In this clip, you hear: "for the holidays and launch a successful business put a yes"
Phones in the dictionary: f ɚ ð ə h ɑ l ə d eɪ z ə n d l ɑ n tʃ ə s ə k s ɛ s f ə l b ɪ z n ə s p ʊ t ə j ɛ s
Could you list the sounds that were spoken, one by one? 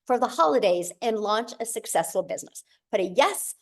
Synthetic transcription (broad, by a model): f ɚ ð ə h ɑ l ə d eɪ z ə n l ɑ n tʃ ə s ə k s ɛ s f l b ɪ z n ə s b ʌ t ə j ɛ s